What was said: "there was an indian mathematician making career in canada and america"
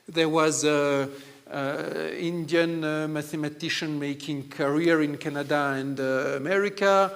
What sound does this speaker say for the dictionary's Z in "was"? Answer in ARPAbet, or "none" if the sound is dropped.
Z